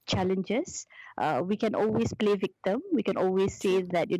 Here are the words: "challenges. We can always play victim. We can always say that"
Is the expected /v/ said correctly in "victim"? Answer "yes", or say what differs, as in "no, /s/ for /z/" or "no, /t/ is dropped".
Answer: yes